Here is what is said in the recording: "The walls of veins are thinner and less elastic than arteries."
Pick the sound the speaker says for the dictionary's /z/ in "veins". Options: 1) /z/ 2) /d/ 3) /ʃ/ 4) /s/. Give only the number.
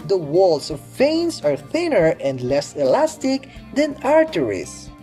4